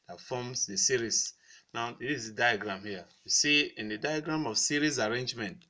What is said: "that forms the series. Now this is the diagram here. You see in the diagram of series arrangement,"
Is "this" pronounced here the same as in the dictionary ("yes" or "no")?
no